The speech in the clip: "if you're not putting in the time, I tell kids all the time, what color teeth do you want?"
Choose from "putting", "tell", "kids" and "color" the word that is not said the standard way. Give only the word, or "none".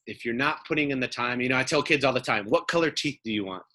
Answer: none